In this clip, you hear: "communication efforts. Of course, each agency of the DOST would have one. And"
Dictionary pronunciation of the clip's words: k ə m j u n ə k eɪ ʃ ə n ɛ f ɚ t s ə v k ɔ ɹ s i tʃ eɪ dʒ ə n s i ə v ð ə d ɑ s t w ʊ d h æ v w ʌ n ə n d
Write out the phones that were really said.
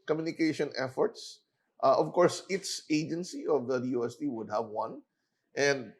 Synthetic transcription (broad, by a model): k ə m j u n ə k eɪ ʃ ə n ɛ f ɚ t s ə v k ɔ ɹ s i s eɪ dʒ ə n s i ə v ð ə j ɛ s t w ʊ d h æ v w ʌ n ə n d